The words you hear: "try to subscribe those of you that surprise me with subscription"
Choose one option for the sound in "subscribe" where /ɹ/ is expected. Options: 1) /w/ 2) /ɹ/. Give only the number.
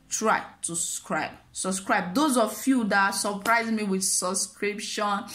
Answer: 2